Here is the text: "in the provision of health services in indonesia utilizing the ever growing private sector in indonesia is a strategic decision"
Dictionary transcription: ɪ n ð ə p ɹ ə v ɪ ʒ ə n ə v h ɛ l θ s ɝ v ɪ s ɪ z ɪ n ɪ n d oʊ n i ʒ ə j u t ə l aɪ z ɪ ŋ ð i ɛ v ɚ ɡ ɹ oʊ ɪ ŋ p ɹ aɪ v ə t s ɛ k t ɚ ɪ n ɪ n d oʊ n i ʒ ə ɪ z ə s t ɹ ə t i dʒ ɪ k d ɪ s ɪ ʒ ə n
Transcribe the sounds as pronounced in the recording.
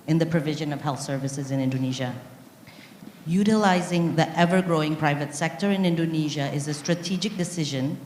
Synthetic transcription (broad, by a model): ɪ n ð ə p ɹ ə v ɪ ʒ ə n ə v h ɛ l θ s ɝ v ɪ s ɪ z ɪ n ɪ n d oʊ n i ʒ ə j u t ə l aɪ z ɪ ŋ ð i ɛ v ɚ ɡ ɹ oʊ ɪ ŋ p ɹ aɪ v ə t s ɛ k t ɚ ɪ n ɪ n d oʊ n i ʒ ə ɪ z ə s t ɹ ə t i dʒ ɪ k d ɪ s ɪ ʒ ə n